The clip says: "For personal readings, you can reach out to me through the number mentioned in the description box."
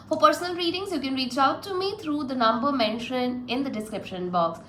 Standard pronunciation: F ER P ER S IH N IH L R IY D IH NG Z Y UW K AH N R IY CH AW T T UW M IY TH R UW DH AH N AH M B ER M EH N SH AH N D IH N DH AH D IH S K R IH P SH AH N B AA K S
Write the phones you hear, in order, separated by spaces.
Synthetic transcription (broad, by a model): F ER P ER S IH N IH L R IY D IH NG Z Y UW K AH N R IY CH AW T T UW M IY T R UW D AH N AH M B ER M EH N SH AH N IH N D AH D IH S K R IH P SH AH N B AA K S